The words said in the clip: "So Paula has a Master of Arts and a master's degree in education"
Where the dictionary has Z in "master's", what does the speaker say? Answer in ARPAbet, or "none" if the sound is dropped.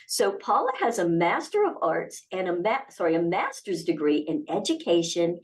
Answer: Z